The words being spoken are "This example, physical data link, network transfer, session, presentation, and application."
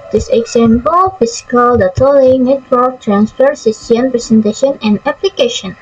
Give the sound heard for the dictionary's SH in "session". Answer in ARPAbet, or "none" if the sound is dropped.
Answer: S